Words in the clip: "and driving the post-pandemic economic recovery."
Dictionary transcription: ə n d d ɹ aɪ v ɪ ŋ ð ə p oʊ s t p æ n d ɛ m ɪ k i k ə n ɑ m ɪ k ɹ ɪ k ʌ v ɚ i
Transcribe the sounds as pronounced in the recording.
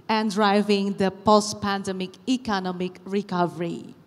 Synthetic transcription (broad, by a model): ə n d d ɹ aɪ v ɪ ŋ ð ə p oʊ s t p æ n d ɛ m ɪ k i k ə n ɑ m ɪ k ɹ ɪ k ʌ v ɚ i